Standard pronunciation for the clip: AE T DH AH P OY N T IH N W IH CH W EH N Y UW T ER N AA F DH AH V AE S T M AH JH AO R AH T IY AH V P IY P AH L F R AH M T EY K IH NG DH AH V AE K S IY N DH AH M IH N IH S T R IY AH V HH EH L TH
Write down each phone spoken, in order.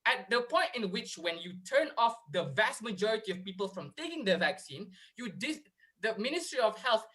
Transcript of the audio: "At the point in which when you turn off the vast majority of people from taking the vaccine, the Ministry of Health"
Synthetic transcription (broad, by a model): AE T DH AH P OY N T IH N W IH CH W EH N Y UW T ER N AA F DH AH V AE S T M AH JH AO R AH T IY AH V P IY P AH L F R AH M T EY K IH NG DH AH V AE K S IY N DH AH M IH N IH S T R IY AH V HH EH L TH